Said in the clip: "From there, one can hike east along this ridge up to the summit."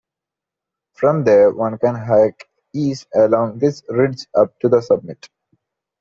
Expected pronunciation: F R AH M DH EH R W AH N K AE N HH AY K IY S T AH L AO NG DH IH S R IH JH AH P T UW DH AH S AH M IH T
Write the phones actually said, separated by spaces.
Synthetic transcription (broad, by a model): F R AH M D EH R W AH N K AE N HH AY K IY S AH L AO NG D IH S R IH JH AH P T UW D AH S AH M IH T